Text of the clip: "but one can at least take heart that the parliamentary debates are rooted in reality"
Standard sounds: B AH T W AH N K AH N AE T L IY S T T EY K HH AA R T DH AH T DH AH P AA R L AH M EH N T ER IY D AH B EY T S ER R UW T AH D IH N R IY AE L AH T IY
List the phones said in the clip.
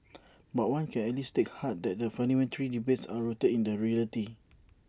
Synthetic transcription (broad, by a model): B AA T W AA N K AH N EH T L IY S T T EY K HH AA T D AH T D AH F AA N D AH M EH N T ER IY D AH B EY T S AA R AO T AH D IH N R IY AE L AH T IY